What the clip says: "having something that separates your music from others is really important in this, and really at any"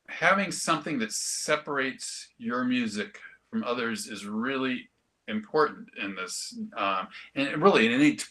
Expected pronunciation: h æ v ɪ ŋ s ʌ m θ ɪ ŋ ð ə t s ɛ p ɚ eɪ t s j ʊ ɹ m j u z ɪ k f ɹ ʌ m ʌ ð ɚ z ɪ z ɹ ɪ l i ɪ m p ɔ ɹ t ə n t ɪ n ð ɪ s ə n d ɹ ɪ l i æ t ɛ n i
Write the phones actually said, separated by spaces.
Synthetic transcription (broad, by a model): h æ v ɪ ŋ s ʌ m θ ɪ ŋ ð ə t s ɛ p ɚ eɪ t s j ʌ ɹ m j u z ɪ k f ɹ ʌ m ʌ ð ɚ z ɪ z ɹ ɪ l i ɪ m p ɔ ɹ t n t ɪ n ð ɪ s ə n ɹ ɪ l i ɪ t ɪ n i